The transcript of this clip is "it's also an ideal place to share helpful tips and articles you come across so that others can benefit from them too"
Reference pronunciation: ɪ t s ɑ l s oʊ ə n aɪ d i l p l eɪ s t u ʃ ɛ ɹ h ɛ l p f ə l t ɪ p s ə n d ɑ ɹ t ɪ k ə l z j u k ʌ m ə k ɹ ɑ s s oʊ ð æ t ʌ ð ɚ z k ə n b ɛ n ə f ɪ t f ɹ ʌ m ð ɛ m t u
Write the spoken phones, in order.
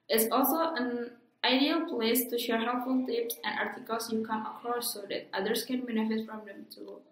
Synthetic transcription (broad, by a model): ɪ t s ɑ l s oʊ ə n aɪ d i l p l eɪ s t u ʃ ɛ ɹ h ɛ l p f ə l t ɪ p s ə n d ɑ ɹ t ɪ k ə l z j u k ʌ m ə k ɑ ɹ s oʊ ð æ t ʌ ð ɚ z k ə n b ɛ n ə f ɪ t f ɹ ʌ m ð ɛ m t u